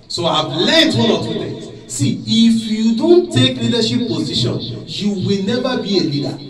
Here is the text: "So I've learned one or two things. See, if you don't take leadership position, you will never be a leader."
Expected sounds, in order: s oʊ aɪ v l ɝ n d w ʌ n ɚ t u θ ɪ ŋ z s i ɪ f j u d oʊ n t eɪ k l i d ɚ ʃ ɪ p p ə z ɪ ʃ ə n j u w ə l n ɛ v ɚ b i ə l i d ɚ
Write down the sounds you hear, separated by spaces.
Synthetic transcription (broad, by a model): s oʊ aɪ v l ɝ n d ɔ l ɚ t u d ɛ s i ɪ f j u d oʊ n t eɪ k l i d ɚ ʃ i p p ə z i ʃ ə n j u w ə l n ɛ v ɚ b i ə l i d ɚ